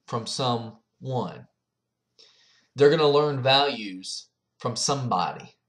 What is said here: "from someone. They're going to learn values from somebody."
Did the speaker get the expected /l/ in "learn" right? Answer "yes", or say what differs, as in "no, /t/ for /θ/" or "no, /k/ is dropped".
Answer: yes